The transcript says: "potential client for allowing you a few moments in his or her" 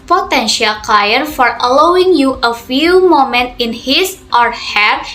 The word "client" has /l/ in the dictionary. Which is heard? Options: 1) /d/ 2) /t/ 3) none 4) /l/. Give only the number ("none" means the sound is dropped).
3